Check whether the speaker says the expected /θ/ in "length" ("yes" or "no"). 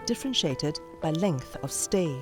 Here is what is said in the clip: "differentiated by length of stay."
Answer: yes